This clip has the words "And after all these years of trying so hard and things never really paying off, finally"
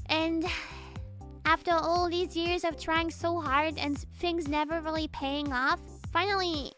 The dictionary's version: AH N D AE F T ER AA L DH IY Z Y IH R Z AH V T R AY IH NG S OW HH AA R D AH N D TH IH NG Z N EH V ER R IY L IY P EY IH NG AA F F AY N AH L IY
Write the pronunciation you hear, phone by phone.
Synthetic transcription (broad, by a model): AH N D AE F T ER AA L DH IY Z Y IH R Z AH V T R AY IH NG S OW HH AA R D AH N TH IH NG Z N EH V ER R L IY P EY IH NG AA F F AY N L IY